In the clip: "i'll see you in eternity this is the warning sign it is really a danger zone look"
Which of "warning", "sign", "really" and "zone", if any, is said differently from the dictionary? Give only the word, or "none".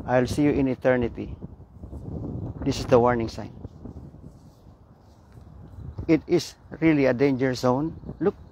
zone